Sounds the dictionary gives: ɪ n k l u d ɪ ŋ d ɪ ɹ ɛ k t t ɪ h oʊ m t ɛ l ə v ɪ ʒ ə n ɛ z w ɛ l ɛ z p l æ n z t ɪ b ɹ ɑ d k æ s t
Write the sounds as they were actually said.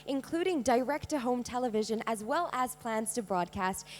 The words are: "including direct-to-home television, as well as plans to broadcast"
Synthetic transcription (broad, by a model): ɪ n k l u d ɪ ŋ d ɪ ɹ ɛ k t t ɪ h oʊ m t ɛ l ə v ɪ ʒ ə n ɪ z w ɛ l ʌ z p l æ n z t ɪ b ɹ ɑ d k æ s t